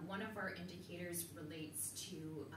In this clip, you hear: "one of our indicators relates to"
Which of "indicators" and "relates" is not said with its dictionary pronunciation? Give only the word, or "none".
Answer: none